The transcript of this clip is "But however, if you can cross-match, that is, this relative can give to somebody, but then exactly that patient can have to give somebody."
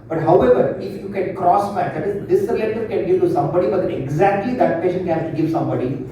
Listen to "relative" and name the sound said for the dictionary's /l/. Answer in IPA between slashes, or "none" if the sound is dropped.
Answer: none